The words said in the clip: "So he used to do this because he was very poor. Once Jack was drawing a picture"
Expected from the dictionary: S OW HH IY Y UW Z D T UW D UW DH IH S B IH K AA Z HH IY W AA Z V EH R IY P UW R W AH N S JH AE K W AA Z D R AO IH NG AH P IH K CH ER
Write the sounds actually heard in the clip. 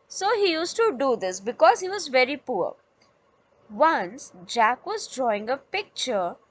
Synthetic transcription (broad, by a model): S OW HH IY Y UW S T UW D UW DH IH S B IH K AA Z HH IY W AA Z V EH R IY P UW R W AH N S JH AE K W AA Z D R AO IH NG AH P IH K CH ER